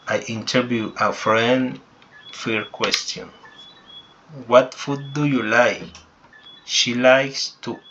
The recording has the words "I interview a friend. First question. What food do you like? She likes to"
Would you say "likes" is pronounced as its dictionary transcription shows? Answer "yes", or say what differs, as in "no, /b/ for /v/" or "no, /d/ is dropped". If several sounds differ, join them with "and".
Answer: yes